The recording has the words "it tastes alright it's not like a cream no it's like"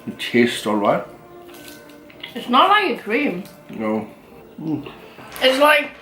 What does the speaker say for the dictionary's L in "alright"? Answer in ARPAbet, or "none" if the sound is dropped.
L